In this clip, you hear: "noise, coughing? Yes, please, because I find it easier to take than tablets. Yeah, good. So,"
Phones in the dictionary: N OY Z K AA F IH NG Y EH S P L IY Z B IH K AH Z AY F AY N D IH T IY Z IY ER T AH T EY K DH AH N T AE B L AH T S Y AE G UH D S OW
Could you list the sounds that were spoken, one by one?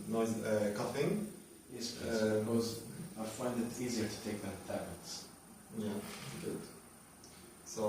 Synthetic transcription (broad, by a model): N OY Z K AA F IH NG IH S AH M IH AH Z AY F AY N D IH T IY Z IY ER T AH T EY K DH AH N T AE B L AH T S Y AE G UH D S OW